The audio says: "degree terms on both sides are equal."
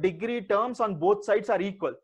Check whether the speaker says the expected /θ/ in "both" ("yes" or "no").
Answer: no